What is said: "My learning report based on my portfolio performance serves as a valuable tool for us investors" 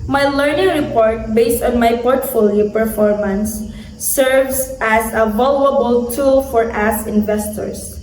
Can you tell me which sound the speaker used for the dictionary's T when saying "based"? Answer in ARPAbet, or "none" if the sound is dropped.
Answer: T